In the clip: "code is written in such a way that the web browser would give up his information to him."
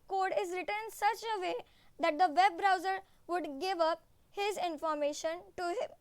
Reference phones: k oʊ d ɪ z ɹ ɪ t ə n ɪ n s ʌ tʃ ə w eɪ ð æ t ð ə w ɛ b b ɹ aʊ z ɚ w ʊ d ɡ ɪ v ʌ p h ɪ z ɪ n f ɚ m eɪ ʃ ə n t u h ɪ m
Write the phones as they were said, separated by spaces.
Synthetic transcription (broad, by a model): k oʊ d ɪ z ɹ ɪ t ə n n s ʌ tʃ ə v eɪ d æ t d ə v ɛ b b ɹ aʊ z ɚ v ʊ d ɡ ɪ v ʌ p h ɪ z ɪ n f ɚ m eɪ ʃ ə n t u h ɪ m